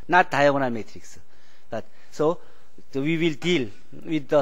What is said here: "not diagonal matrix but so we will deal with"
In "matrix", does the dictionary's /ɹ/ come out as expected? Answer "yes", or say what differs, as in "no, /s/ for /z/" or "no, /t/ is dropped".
yes